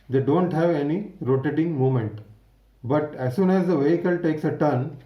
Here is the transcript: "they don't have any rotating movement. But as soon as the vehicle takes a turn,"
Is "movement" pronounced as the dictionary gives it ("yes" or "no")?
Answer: no